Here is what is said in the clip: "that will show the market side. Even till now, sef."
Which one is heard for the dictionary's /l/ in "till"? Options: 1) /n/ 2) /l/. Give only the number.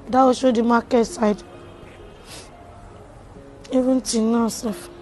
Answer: 1